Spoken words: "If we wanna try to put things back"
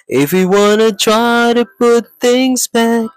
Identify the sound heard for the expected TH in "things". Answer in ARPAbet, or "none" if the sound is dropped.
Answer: TH